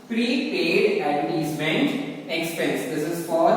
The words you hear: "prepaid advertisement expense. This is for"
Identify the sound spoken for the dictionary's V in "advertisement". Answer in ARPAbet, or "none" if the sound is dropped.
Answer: none